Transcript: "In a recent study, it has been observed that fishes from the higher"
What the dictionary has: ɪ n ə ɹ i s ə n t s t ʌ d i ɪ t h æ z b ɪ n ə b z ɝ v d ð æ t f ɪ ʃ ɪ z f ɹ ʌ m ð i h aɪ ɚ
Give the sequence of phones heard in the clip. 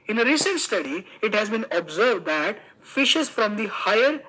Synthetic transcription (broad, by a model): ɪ n ə ɹ i s ə n t s t ʌ d i ɪ t h æ z b ɪ n ə b z ɝ v d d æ t f ɪ ʃ ɪ z f ɹ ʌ m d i h aɪ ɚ